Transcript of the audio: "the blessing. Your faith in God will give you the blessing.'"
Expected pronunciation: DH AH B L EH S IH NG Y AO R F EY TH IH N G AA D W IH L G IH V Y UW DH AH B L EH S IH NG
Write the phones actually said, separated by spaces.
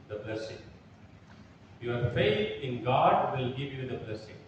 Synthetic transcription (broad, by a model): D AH B L EH S IH NG Y AO R F EY T IH N G AA D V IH L G IH V Y UW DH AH B L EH S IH NG